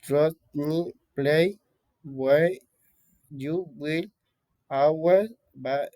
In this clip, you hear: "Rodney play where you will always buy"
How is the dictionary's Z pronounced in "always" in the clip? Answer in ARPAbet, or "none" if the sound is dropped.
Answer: none